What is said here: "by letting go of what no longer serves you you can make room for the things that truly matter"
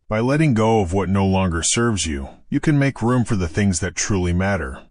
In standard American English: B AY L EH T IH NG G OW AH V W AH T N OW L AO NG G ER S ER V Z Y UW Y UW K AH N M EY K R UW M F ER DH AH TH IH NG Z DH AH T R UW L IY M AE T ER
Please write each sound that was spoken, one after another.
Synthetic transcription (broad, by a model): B AY L EH T IH NG G OW AH V W AH T N OW L AO NG G ER S ER V Z Y UW Y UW K AH N M EY K R UW M F ER DH AH TH IH NG Z DH AH T R UW L IY M AE T ER